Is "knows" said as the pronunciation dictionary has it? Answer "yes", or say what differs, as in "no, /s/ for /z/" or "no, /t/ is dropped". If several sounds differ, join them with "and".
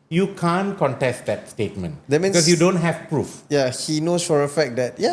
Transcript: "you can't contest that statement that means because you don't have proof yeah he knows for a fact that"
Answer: no, /s/ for /z/